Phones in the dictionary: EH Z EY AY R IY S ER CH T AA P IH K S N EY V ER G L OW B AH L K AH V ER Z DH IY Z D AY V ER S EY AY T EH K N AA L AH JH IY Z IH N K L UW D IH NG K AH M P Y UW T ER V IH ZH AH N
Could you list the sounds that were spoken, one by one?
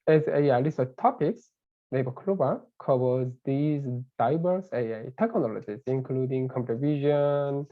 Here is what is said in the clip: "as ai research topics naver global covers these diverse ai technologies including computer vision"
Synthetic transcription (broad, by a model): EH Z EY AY L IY S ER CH T AA P IH K S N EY B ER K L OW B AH K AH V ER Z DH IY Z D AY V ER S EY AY T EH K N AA L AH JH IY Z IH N K L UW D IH NG K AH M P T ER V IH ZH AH N